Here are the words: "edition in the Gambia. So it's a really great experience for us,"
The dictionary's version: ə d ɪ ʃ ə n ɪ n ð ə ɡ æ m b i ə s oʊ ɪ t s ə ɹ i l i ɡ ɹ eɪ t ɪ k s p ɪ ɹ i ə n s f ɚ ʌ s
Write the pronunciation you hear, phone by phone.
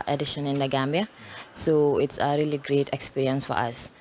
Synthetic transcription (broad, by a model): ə d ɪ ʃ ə n ɪ n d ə ɡ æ m b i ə s oʊ ɪ t s ə ɹ i l i ɡ ɹ eɪ t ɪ k s p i ɹ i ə n s f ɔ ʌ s